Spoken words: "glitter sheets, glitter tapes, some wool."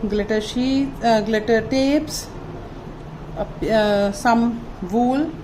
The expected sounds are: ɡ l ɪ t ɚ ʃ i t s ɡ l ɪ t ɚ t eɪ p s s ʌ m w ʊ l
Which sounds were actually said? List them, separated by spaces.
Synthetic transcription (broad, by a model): ɡ l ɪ t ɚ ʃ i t ɡ l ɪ t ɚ t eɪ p s s ʌ m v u l